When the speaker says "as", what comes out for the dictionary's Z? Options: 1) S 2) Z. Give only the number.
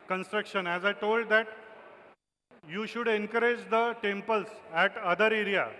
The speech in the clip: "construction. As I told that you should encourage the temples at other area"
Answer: 2